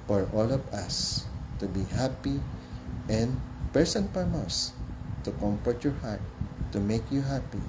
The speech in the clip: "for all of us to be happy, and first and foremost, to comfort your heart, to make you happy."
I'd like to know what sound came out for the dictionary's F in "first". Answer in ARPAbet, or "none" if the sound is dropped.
P